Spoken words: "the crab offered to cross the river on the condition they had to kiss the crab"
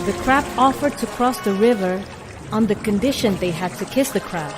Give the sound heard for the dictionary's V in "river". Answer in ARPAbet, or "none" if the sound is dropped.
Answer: V